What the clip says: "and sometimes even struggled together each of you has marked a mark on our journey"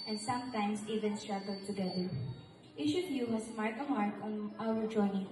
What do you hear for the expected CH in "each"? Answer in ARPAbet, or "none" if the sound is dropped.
SH